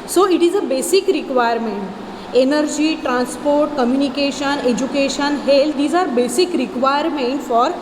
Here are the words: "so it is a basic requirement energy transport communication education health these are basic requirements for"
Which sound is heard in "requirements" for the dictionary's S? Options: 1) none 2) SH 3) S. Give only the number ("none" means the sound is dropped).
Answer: 1